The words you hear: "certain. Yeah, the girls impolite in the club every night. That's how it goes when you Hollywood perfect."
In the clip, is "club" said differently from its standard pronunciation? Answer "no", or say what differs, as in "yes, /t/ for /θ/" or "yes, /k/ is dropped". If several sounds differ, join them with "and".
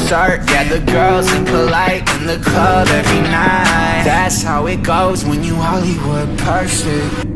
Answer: yes, /l/ is dropped